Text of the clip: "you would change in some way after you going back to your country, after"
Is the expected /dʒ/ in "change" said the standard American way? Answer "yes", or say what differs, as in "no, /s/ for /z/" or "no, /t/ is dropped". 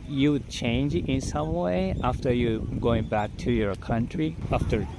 yes